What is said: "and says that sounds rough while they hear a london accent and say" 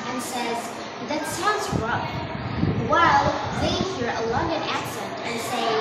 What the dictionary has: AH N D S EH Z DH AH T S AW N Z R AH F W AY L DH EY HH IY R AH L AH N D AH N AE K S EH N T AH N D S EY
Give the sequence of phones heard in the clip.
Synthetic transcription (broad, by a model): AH N S EH Z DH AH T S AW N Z R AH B W AY L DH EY HH IY R AH L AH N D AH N AE K S EH N T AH N S EY